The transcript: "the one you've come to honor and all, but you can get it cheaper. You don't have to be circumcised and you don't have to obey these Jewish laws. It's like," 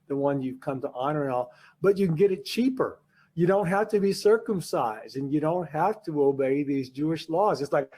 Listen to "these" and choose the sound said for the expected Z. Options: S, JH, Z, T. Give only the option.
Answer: Z